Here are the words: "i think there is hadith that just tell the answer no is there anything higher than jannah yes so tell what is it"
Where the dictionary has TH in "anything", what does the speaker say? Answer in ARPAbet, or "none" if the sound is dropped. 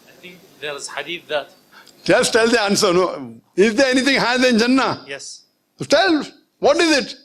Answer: T